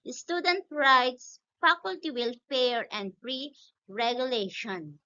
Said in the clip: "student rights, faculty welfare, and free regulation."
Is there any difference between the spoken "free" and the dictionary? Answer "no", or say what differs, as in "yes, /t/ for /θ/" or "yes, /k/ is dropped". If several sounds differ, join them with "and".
yes, /p/ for /f/